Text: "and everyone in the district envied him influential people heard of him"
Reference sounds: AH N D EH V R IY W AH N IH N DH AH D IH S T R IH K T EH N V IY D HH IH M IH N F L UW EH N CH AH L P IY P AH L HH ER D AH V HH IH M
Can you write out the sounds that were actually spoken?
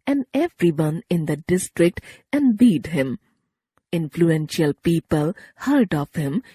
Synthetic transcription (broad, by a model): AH N D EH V R IY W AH N IH N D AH D IH S T R IH K T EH N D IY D HH IH M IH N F L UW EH N SH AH L P IY P AH L HH ER D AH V HH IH M